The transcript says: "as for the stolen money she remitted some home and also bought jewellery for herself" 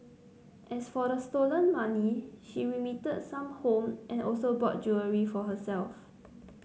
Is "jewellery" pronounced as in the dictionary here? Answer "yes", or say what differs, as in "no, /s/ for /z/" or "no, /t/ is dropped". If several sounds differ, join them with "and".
no, /l/ is dropped